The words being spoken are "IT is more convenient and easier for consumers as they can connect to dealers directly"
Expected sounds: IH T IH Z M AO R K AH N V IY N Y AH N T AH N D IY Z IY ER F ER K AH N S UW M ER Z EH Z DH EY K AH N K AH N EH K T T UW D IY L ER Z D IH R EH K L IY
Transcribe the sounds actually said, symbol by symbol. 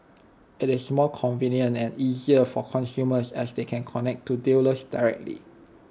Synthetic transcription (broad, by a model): IH T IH S M AO L K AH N V IY N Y AH N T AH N IY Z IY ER F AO K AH N S UW M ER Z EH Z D EY K AH N K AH N EH K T T UW D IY L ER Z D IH R EH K L IY